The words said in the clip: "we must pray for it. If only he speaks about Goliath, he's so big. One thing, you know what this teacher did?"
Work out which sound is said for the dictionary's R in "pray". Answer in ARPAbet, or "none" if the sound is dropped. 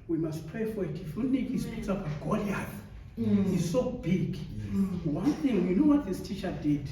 R